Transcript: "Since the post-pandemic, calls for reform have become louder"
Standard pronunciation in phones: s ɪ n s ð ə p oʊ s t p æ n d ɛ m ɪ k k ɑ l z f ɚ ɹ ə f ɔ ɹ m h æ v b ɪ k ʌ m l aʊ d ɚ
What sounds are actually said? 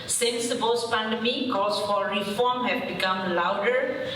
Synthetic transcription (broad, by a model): s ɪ n s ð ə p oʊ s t p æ n d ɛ m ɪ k k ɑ z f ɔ ɹ ə f ɔ ɹ m h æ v b ɪ k ʌ m l aʊ d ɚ